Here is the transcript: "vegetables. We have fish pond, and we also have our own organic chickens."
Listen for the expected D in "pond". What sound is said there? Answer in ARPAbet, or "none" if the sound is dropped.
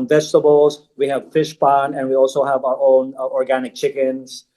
none